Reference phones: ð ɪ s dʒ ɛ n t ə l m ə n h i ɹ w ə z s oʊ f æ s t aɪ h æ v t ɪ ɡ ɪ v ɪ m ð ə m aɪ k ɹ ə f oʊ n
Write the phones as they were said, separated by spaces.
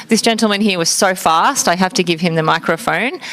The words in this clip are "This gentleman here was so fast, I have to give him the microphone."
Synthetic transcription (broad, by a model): ð ɪ s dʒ ɛ n t l m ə n h i ɹ w ə z s oʊ f æ s t aɪ h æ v t ɪ ɡ ɪ v ɪ m ð ə m aɪ k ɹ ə f oʊ n